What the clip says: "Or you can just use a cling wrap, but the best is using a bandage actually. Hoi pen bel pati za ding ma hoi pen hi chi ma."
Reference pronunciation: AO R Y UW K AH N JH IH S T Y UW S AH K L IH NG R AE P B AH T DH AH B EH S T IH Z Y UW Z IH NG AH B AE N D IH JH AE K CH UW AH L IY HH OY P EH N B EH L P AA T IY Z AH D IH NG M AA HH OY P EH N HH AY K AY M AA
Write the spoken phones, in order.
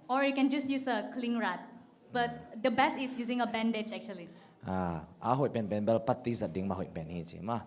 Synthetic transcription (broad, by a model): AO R Y UW K AH N JH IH S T Y UW S AH K L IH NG R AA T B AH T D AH B EH S T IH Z Y UW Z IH NG AH B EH N D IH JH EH K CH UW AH L IY HH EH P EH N B EH L P AA T IY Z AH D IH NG M AA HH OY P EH N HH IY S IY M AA